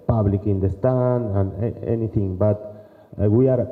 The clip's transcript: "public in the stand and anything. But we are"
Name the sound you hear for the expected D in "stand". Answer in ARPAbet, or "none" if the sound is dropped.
none